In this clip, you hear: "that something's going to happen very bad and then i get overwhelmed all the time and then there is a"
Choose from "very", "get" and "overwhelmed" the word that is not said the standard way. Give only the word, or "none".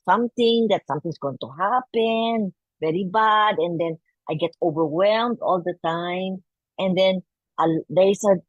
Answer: none